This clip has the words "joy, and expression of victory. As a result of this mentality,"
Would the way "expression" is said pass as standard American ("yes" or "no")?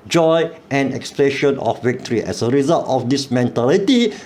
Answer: no